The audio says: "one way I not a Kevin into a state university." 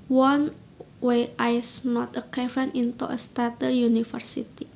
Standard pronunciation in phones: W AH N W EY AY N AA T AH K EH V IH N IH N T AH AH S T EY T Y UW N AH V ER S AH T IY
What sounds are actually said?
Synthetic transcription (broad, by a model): W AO N W EY AY N AA T AH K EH F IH N IH N T AH AH S T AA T Y UW N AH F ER S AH T IY